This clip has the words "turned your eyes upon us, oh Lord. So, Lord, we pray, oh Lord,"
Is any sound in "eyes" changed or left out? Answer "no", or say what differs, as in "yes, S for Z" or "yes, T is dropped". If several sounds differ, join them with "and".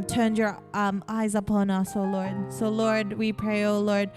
no